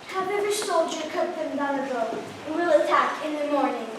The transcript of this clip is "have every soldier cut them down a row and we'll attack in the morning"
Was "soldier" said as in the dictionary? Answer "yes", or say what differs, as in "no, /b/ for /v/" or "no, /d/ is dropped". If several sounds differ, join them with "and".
yes